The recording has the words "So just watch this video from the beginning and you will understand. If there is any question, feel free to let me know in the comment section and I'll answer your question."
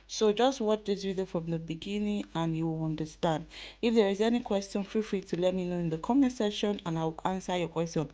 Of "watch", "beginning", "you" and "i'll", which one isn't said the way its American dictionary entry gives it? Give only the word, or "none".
i'll